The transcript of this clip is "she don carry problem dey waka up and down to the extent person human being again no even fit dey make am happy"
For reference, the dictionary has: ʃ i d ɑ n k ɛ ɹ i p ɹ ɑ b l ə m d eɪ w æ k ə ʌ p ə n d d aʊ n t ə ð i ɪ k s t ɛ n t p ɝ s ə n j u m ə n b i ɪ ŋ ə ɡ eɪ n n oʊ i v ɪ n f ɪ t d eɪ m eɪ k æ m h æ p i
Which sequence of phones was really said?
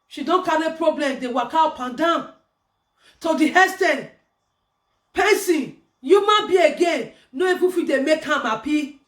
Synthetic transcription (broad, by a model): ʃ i d ɑ n k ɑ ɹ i p ɹ ɑ b l ə m d eɪ w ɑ k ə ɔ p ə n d d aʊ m t ə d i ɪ s t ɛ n p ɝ s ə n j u m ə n b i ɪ ɡ eɪ n n oʊ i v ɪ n f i d eɪ m eɪ k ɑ m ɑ p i